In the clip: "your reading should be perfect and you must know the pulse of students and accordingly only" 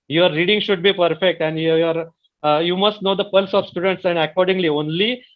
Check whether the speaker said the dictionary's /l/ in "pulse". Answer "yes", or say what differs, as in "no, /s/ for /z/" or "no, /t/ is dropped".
yes